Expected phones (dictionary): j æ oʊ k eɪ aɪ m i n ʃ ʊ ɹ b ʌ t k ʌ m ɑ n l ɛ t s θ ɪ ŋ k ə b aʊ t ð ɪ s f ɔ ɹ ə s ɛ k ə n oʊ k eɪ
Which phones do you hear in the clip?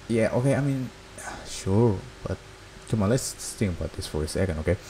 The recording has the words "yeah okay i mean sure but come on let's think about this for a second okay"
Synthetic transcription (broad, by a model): j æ oʊ k eɪ aɪ m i n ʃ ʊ ɹ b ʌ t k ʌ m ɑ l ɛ s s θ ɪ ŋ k ə b aʊ t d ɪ s f ɔ ɹ ə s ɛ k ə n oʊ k eɪ